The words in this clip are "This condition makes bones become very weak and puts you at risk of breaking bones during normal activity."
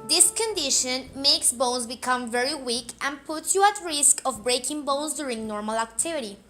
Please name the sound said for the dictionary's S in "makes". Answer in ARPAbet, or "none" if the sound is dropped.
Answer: S